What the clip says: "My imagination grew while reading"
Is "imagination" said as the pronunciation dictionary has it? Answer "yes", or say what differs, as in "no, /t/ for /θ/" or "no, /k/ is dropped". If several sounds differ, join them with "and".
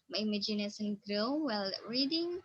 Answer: no, /s/ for /ʃ/